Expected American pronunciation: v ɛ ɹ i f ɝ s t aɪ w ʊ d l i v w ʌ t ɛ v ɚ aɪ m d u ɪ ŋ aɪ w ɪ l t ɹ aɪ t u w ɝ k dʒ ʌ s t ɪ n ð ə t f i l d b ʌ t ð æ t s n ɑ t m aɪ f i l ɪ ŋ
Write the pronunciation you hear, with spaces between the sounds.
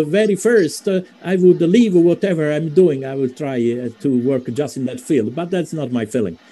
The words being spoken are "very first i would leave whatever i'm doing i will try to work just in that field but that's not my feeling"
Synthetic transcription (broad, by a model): v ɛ ɹ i f ɝ s t aɪ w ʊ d l i v w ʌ t ɛ v ɚ aɪ m d u ɪ ŋ aɪ w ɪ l t ɹ aɪ t u w ɝ k dʒ ʌ s t ɪ n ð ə t f i l d b ʌ t ð æ t s n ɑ t m aɪ f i l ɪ ŋ